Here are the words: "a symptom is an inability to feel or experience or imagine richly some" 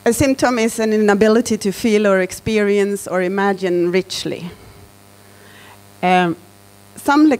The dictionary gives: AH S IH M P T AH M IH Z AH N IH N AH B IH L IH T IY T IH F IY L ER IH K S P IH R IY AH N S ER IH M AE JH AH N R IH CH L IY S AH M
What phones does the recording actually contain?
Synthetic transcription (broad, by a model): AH S IH M P T AH M IH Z AH N IH N AH B IH L IH T IY T IH F IY L ER IH K S P IH R IY AH N S ER IH M AE JH AH N R IH CH L IY S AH M